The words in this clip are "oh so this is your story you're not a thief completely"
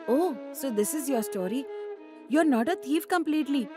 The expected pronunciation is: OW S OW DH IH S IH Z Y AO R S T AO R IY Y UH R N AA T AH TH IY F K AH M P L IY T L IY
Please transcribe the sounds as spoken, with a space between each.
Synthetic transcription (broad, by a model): OW S OW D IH S IH Z Y AO R S T AO R IY Y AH R N AA T AH T IY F K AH M P L IY T L IY